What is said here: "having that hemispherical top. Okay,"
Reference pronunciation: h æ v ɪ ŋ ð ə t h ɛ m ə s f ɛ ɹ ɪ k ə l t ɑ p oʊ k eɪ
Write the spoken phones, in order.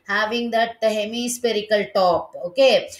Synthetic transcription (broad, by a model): h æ v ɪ ŋ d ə t h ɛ m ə s p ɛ ɹ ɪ k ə l t ɑ p oʊ k eɪ